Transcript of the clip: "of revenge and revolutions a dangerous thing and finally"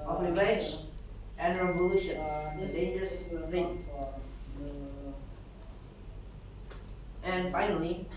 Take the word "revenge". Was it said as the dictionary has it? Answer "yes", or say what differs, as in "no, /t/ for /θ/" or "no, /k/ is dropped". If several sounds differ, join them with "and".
no, /n/ is dropped